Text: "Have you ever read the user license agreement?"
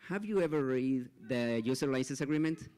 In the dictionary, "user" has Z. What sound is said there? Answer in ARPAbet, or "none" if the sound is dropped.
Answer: S